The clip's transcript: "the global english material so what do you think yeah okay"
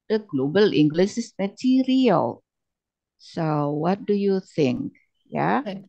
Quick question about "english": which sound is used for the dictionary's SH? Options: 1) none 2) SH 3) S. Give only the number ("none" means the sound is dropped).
3